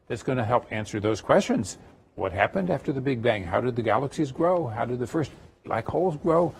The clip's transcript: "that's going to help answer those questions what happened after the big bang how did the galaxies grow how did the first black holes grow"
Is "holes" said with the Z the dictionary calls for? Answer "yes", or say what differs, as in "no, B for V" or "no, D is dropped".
yes